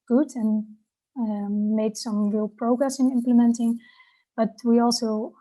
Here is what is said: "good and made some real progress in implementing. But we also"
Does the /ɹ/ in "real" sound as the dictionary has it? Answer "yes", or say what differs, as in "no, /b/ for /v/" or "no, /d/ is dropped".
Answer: yes